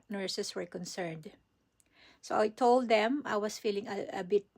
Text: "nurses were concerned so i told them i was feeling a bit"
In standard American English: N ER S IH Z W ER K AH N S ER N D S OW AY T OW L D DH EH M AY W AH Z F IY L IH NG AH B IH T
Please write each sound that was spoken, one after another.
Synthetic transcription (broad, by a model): N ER S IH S W ER K AH N S ER N D S OW AY T OW L D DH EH M AY W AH S F IY L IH NG AH B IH T